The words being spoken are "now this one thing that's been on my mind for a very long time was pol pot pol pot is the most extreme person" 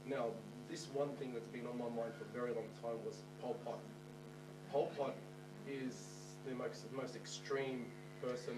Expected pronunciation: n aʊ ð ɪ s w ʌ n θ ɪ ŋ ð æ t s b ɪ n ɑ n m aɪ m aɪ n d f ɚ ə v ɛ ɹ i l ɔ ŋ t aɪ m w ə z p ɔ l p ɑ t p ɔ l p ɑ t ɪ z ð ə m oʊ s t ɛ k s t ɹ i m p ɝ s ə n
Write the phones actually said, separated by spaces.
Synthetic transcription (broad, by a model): n aʊ ð ɪ s w ʌ n θ ɪ ŋ ð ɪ t s b ɪ n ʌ n m aɪ m aɪ n d f ɚ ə v ɛ ɹ i l ɔ ŋ t aɪ m w ə z p ɔ l p ɑ t p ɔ l p ɑ t ɪ z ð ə m oʊ s t ɛ k s t ɹ i m p ɝ s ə n